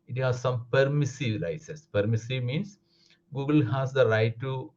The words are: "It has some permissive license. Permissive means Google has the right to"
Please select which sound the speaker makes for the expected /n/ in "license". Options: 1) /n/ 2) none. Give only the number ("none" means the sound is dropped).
2